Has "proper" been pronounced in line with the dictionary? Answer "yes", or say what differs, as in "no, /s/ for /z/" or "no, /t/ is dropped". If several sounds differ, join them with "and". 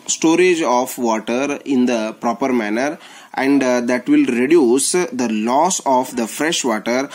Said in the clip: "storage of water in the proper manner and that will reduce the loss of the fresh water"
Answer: yes